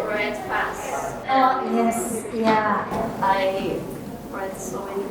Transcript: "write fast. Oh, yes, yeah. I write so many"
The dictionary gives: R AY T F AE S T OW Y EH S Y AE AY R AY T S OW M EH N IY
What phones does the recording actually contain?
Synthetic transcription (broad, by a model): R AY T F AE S OW Y EH S Y AE AY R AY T S OW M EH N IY